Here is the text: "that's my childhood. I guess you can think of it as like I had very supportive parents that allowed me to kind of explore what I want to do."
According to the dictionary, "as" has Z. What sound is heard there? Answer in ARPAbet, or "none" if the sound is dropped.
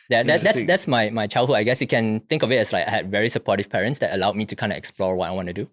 S